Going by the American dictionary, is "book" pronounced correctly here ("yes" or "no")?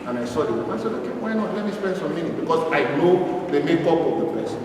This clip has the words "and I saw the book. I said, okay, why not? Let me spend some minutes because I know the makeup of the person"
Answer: no